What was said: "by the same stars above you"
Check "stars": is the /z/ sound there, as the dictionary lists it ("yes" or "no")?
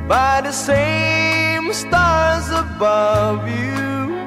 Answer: yes